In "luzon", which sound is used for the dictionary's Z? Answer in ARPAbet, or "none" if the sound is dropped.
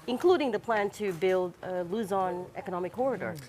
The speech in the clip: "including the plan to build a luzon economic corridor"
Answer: Z